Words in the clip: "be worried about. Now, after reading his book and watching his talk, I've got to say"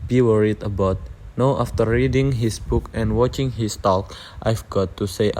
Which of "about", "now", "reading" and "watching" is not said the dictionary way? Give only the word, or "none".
none